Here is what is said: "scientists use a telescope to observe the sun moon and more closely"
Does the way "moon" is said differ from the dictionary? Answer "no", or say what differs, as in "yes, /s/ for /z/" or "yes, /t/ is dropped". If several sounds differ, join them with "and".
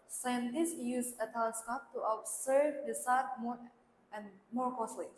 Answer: yes, /n/ is dropped